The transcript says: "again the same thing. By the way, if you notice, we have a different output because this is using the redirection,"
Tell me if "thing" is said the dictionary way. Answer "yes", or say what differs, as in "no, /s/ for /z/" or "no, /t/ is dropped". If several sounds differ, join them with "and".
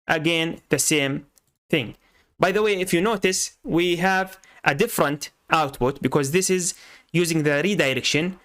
yes